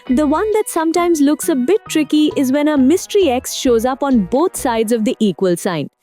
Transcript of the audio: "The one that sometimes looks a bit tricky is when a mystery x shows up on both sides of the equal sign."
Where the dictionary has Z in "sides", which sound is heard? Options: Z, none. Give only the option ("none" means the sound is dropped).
Z